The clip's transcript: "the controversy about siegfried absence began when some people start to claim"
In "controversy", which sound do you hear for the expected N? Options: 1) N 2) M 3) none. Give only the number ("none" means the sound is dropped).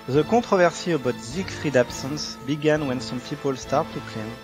3